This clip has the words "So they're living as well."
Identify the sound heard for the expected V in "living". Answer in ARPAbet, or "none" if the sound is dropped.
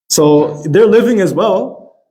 V